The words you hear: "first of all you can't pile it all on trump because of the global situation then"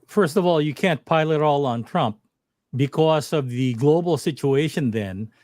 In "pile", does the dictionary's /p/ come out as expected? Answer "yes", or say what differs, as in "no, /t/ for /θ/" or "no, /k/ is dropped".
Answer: yes